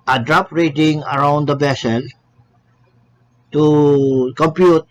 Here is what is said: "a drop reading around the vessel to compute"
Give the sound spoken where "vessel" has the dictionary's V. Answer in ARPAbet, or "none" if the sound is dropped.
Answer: B